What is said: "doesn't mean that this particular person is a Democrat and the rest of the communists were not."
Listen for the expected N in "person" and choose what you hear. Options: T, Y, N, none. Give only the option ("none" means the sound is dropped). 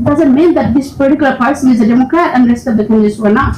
none